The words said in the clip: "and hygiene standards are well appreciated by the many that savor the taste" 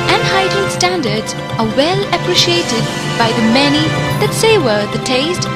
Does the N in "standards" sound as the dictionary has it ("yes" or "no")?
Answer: yes